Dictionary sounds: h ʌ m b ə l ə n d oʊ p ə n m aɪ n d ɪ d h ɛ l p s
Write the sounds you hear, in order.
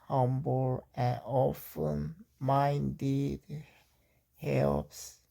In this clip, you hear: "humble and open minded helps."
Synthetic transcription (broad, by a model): h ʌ m b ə l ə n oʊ f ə n m aɪ n d ɪ d h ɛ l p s